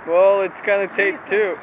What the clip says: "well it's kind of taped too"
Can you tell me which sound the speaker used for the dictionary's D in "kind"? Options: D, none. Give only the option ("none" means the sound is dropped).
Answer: none